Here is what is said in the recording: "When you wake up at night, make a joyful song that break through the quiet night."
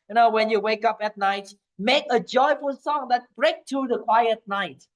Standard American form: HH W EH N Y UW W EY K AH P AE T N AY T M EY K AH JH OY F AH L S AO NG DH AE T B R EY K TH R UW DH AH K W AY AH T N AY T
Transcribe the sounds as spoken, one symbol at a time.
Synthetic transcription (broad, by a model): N W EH N Y UW W EY K AH P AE T N AY T M EY K AH JH OY F AH L S AO NG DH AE T B R EY K T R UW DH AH K W AY AH T N AY T